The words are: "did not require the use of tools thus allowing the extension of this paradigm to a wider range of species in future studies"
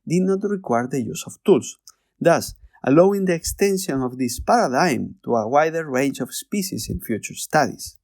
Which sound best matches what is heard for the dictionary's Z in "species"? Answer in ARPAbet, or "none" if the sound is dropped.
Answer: S